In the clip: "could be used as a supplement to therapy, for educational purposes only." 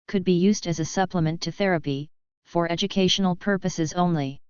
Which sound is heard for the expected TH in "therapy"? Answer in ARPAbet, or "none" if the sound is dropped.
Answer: TH